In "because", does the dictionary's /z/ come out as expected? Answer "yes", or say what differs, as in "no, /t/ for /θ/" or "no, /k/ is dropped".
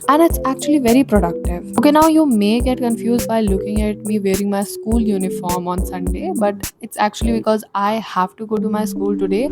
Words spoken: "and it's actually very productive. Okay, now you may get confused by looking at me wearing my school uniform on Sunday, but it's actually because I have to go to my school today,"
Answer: yes